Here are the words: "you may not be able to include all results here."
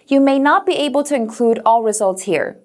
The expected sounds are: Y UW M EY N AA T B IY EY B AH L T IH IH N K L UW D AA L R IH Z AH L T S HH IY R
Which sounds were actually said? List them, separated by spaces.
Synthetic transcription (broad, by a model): Y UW M EY N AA T B IY EY B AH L T IH IH N K L UW D AA L R IH Z AH L T S HH IY R